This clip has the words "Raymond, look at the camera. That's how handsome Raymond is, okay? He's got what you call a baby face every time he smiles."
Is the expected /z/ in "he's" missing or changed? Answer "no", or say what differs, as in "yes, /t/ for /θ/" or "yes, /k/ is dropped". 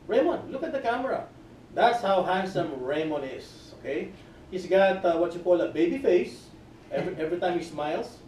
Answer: yes, /s/ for /z/